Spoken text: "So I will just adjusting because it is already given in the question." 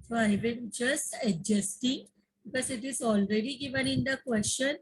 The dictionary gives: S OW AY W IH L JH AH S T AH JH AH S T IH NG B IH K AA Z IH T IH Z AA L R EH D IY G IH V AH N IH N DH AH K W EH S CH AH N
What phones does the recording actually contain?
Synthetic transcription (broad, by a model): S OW AY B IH N JH AH S T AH JH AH S T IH NG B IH K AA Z IH T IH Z AA L R EH D IY G IH V AH N IH N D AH K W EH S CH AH N